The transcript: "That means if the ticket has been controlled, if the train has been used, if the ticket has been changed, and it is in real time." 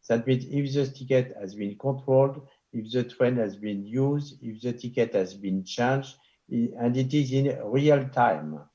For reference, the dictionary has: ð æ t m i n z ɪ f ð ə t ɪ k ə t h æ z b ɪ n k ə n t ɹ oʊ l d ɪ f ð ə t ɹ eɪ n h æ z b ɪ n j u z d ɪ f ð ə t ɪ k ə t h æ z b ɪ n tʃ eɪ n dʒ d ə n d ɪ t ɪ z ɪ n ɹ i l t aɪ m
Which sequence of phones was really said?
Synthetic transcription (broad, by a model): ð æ t m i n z ɪ f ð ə t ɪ k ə t h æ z b ɪ n k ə t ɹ oʊ l d ɪ f ð ə t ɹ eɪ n h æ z b ɪ n j u z d ɪ f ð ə t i k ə t h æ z b ɪ n tʃ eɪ n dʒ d ə n d ɪ t ɪ z ɪ n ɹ i l t aɪ m